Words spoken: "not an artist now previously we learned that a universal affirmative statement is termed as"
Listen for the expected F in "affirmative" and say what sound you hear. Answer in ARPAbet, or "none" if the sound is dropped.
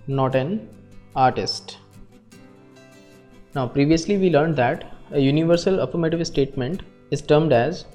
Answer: P